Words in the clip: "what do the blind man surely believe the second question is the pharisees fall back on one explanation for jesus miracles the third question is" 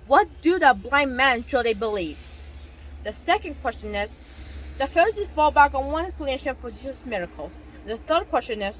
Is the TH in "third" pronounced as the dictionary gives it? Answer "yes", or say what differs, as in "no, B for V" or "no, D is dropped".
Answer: yes